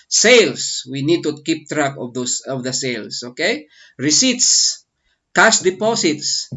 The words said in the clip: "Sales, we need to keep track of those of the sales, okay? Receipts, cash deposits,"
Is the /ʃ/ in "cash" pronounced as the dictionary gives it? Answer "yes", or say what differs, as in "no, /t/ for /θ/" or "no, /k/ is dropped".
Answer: no, /s/ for /ʃ/